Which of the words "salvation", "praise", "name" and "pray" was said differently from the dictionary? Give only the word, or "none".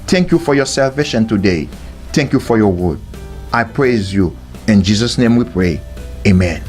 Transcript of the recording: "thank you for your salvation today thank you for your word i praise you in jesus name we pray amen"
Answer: none